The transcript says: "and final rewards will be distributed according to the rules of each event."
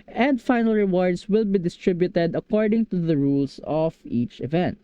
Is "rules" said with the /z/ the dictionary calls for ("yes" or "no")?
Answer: no